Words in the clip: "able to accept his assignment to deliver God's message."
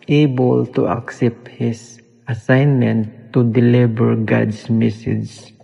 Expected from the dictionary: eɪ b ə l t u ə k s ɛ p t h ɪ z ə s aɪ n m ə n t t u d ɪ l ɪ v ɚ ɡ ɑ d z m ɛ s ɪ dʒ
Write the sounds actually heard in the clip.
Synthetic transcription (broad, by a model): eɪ b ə l t u ə k s ɛ p t h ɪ s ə s aɪ n m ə n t t u d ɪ l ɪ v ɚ ɡ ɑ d s m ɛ s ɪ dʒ